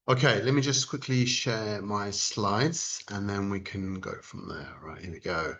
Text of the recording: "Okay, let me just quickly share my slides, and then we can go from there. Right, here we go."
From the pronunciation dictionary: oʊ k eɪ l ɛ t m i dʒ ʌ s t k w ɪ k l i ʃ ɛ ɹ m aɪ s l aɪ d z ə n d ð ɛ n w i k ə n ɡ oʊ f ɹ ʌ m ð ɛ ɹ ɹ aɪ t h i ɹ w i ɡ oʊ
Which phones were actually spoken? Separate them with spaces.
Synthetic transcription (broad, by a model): oʊ k eɪ l ɛ t m i dʒ ʌ s k w ɪ k l i ʃ ɛ m aɪ s l aɪ d z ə n ð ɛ n w i k ə n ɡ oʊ f ɹ ʌ m ð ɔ l ɹ aɪ t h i w i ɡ oʊ